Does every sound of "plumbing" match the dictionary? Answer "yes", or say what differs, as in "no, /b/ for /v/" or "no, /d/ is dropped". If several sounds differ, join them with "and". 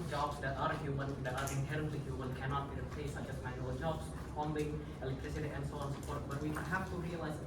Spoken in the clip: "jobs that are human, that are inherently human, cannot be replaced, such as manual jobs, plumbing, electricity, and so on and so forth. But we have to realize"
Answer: no, /m/ is dropped